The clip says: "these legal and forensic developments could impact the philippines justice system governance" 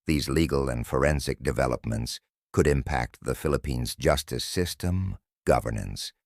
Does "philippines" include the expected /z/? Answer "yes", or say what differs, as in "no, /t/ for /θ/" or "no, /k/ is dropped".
yes